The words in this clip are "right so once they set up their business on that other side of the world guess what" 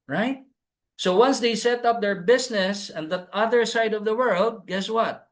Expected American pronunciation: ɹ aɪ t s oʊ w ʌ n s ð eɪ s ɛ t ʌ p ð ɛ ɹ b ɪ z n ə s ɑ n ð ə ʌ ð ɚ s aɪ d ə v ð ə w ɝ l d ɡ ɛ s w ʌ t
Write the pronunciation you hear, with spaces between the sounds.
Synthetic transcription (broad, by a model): ɹ aɪ t s oʊ w ʌ n s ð eɪ s ɛ t ʌ p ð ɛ ɹ b ɪ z n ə s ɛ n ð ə ʌ ð ɚ s aɪ d ə v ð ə w ɝ l d ɡ ɛ s w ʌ t